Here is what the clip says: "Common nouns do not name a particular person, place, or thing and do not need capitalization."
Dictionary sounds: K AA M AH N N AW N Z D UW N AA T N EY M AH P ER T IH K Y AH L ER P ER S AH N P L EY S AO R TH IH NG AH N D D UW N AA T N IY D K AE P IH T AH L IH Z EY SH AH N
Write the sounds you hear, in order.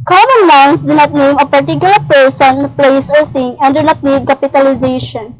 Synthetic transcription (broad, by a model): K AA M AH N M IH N S D UW N AA T N EY M AH P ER T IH K Y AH L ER P ER S AH N P L EY S AO R T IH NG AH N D D UW N AA T N IY D K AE P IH T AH L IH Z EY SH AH N